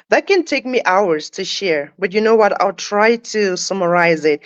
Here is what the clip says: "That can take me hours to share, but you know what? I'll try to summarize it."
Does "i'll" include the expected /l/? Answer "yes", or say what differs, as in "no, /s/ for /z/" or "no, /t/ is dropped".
yes